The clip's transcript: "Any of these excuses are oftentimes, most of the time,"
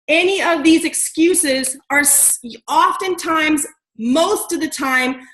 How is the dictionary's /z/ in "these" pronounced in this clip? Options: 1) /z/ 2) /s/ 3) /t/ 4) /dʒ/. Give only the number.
1